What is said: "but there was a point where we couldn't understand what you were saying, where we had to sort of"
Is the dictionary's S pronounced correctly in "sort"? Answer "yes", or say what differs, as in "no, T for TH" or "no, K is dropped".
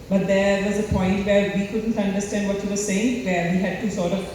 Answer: yes